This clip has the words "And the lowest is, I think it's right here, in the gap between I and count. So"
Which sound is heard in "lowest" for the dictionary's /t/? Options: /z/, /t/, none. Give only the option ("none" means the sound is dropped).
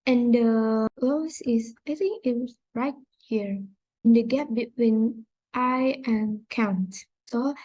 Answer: none